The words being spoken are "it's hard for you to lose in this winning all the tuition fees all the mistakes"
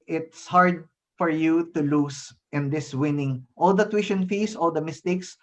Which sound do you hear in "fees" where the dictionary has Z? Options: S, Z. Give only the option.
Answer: S